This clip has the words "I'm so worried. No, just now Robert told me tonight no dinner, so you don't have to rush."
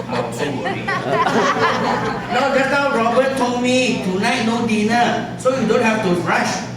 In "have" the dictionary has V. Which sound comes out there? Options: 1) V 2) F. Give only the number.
2